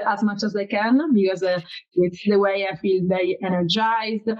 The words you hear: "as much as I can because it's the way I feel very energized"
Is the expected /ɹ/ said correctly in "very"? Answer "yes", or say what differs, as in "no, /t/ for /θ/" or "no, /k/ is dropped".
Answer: no, /ɹ/ is dropped